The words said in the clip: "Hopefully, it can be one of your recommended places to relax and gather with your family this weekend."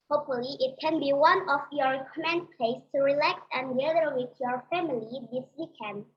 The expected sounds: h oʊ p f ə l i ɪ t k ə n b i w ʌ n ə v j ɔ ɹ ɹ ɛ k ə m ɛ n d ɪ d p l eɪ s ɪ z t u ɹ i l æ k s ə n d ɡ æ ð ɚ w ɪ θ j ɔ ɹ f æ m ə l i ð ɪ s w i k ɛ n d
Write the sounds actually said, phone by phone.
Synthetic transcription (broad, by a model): h oʊ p f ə l i ɪ t k ə n b i w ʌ n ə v j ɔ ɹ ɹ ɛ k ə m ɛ n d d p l eɪ ɪ s t u ɹ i l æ k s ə n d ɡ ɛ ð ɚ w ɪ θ j ɔ ɹ f æ m ə l i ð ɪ s w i k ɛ n d